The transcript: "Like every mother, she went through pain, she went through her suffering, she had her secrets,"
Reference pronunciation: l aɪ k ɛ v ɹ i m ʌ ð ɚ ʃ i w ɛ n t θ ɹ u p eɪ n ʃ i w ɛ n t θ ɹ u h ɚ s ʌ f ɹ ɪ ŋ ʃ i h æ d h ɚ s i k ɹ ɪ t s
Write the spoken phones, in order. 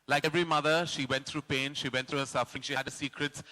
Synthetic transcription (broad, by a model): l aɪ k ɛ v ɹ i m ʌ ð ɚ ʃ i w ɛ n t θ ɹ u p eɪ n ʃ i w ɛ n t ɹ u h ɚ s ʌ f ɹ ɪ ŋ ʃ i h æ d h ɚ s i k ɹ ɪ t s